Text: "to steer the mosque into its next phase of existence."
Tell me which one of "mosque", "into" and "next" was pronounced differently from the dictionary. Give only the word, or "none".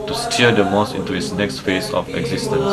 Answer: mosque